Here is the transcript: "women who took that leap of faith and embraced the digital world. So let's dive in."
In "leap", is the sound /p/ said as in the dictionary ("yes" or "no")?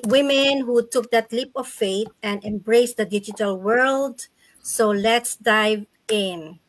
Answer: yes